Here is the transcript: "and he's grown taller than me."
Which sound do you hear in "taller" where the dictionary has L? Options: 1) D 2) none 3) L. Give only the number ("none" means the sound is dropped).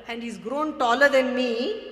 3